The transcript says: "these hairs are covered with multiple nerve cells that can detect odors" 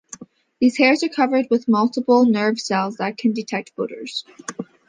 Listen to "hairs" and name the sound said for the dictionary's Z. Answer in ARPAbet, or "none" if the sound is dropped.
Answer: Z